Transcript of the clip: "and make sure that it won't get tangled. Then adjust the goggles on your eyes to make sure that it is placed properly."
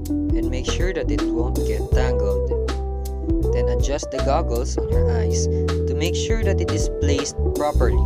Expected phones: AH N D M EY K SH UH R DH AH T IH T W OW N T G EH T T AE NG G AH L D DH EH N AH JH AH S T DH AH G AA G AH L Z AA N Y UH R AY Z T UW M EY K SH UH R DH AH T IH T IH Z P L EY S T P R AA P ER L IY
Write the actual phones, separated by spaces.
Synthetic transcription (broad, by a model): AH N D M EY K SH UH R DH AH T IH T W OW N T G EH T T AE NG G AH L D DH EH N AH JH AH S T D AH G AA G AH L S AA N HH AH R AY S T UW M EY K SH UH R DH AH T IH T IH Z P L EY S T P R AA P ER L IY